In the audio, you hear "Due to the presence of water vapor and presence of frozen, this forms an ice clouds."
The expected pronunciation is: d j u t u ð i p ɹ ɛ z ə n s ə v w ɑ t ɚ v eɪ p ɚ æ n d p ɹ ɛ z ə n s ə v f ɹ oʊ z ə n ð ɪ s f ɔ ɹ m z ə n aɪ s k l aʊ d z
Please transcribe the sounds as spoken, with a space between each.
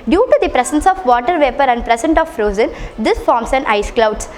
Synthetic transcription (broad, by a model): d j u t u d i p ɹ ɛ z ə n s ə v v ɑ t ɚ v eɪ p ɚ æ n d p ɹ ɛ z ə n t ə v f ɹ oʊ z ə n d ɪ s f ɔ ɹ m s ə n aɪ s k l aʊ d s